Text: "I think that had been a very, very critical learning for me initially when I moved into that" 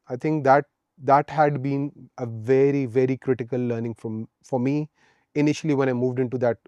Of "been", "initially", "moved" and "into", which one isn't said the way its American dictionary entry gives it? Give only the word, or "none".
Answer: none